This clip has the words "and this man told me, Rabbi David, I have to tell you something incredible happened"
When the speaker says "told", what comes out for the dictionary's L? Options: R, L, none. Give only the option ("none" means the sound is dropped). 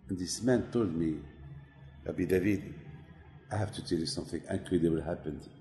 L